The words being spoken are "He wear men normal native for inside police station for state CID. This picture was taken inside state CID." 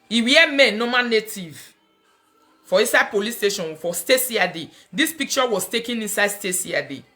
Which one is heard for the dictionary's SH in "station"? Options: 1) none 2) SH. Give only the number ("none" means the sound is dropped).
2